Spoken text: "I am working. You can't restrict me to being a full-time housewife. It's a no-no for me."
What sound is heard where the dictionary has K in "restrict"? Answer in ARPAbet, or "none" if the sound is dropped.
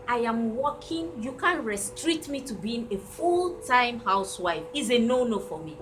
none